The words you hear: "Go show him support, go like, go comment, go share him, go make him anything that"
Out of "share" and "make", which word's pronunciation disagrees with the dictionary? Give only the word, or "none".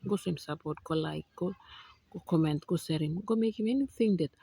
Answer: share